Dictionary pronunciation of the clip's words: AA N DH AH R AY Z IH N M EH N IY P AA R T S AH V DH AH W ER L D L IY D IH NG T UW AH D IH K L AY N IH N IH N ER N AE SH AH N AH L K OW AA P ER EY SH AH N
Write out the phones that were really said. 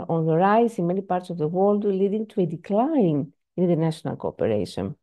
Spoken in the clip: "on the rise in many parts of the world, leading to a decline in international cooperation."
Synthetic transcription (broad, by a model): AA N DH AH R AY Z IH N M EH N IY P AA R T S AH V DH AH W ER L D L IY D IH NG T UW AH D IH K L AY N IH N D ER N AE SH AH N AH L K OW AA P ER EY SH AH N